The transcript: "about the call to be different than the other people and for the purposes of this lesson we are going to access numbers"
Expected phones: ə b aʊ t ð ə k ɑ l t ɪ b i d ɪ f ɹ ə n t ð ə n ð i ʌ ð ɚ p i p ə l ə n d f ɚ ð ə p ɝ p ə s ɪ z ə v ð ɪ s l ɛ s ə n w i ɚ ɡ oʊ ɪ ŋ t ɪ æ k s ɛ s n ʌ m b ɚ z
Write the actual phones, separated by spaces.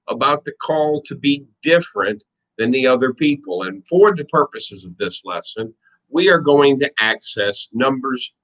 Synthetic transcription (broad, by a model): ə b aʊ t ð ə k ɑ l t ɪ b i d ɪ f ɹ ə n ð ə n ð i ʌ ð ɚ p i p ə l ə n f ɚ ð ə p ɝ p ə s ɪ z ə v ð ɪ s l ɛ s ə n w i ɚ ɡ oʊ ɪ ŋ t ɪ æ k s ɛ s n ʌ m b ɚ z